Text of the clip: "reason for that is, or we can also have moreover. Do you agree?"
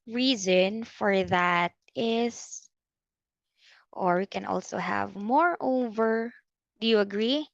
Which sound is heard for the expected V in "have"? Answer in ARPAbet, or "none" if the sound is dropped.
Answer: V